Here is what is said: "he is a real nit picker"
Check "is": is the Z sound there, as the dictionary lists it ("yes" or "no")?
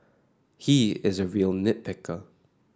yes